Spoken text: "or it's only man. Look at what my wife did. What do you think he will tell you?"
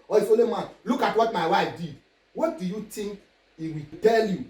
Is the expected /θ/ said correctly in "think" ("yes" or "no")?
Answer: no